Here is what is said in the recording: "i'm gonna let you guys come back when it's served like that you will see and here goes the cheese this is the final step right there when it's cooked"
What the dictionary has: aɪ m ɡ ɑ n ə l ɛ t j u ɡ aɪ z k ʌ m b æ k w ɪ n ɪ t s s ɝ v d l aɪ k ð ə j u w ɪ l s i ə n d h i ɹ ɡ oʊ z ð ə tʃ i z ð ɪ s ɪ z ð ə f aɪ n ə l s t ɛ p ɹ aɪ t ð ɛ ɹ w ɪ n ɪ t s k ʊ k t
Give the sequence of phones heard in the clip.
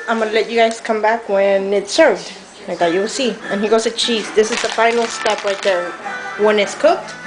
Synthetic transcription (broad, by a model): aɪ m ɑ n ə l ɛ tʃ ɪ ɡ aɪ z k ʌ m b æ k w ɪ n ɪ t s s ɝ v d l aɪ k ð ə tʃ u w ɪ l s i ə n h i ɡ oʊ z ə tʃ i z ð ɪ s ɪ z ð ə f aɪ n l s t ɛ p l aɪ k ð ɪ w ɪ n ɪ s k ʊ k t